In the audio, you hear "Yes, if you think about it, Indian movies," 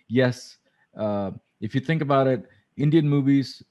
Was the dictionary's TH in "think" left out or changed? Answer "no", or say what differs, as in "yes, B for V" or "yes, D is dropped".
no